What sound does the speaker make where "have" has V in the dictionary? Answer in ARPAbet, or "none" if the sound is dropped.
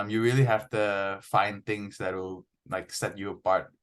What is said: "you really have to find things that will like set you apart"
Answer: F